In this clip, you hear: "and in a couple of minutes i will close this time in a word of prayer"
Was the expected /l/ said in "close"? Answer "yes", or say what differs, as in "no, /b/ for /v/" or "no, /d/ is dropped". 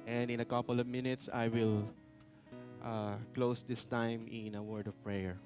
yes